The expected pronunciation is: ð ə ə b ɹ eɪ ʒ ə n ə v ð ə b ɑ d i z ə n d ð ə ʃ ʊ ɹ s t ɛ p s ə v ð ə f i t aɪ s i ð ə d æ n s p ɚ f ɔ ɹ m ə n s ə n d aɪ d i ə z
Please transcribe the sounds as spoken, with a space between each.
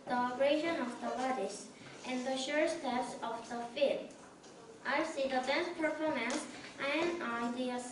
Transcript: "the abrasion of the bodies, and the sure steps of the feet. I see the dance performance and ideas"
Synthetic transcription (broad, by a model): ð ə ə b ɹ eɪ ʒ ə n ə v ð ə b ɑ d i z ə n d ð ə ʃ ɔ ɹ s t ɛ p s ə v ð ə f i t aɪ s i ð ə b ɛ s p ɚ f ɔ ɹ m ə n s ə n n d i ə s